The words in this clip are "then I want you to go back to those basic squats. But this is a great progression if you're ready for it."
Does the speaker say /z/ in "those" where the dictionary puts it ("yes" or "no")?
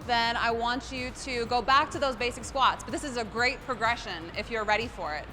yes